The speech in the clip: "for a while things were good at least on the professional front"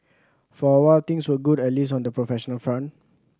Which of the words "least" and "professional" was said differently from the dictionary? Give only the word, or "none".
least